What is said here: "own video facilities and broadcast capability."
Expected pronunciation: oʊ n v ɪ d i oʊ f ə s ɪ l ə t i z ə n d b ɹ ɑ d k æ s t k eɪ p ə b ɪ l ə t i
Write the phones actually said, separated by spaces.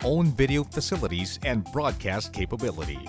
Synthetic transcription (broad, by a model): oʊ n v ɪ d i oʊ f ə s ɪ l ə t i z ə n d b ɹ ɑ d k æ s t k eɪ p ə b ɪ l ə t i